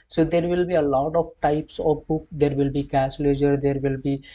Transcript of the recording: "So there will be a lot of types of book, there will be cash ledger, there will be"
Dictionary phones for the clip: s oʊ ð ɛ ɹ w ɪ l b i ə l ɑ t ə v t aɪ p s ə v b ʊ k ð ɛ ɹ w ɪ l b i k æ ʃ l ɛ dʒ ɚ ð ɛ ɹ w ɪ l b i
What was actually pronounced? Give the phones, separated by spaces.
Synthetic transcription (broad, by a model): s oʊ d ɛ ɹ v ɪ l b i ə l ɑ t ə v t aɪ p s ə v b ʊ k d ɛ ɹ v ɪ l b i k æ s l ɛ dʒ ɚ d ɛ ɹ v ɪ l b i